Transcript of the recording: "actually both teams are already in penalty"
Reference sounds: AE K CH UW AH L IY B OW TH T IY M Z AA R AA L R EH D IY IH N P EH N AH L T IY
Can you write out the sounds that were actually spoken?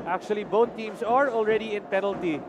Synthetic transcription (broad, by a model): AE K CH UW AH L IY B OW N T IY M S AA R AA L R EH D IY IH N P EH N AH L T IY